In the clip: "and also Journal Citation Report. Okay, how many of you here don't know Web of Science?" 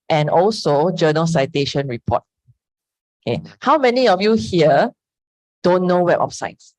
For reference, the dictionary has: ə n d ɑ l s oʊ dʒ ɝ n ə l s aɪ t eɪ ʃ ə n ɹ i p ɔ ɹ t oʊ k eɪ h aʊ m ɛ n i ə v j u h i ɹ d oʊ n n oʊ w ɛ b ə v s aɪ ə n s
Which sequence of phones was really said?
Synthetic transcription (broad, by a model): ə n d ɑ l s oʊ dʒ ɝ n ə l s aɪ t eɪ ʃ ə n ɹ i p ɔ t oʊ k eɪ h aʊ m ɛ n i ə f j u h i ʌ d oʊ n n oʊ w ɛ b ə p s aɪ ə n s